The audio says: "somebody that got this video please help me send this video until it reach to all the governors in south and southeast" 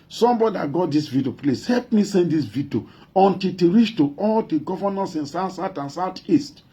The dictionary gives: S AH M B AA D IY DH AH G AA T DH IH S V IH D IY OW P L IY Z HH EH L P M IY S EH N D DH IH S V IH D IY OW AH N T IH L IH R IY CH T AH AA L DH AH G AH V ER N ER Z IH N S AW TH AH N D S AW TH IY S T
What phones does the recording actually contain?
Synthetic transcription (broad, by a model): S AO M B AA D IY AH G AA T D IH S V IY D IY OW P L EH S HH EH L P M IY S EH N D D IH S V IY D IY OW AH N T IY L IH R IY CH T AH AA L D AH G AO V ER N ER S IH N S AW S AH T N S AW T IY S T